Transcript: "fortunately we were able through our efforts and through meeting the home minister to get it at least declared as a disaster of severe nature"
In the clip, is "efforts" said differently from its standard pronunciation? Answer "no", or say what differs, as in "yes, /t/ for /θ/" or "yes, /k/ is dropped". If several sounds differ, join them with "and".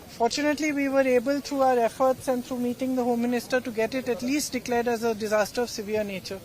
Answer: no